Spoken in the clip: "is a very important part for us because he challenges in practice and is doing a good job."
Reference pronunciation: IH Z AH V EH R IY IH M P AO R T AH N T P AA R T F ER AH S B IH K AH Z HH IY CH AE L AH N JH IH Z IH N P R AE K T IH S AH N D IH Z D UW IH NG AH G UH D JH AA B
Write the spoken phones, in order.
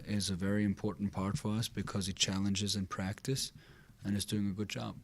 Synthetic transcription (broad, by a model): IH Z AH V EH R IY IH M P AO R T N P AA R T F ER AH S B IH K AH Z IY CH AE L AH N JH IH Z IH N P R AE K T IH S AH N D IH Z D UW IH NG AH G UH D JH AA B